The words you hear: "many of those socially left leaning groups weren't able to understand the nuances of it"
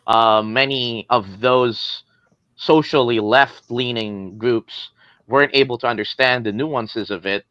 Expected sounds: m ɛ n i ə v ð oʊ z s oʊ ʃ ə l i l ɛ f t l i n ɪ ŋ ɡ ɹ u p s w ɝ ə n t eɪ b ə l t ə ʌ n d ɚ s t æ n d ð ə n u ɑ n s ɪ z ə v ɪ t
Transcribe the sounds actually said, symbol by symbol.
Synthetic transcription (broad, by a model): m ɛ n i ə v ð oʊ z s oʊ ʃ l i l ɛ f t l i n ɪ ŋ ɡ ɹ u p s w ɝ ə n t eɪ b l t ə ʌ n d ɚ s t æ n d ð ə n u ɑ n s ɪ z ə v ɪ t